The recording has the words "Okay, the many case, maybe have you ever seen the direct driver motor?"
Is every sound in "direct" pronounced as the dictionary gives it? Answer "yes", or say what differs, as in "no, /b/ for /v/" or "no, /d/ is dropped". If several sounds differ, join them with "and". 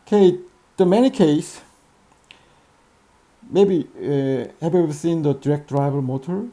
yes